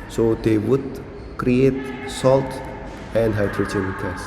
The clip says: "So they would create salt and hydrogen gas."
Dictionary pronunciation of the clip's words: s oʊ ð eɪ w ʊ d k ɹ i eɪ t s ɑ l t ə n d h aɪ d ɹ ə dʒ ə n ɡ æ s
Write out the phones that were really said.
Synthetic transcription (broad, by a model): s oʊ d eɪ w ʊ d k ɹ i eɪ t s ɑ l t ə n d h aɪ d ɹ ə tʃ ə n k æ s